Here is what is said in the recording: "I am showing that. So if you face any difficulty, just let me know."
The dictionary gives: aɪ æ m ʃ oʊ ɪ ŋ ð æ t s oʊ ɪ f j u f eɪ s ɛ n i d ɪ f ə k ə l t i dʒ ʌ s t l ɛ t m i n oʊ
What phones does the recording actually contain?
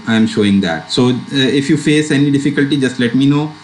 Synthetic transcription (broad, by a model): aɪ m ʃ oʊ ɪ ŋ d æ t s oʊ ɪ f j u f eɪ s ɛ n i d ɪ f ə k ə l t i dʒ ʌ s t l ɛ t m i n oʊ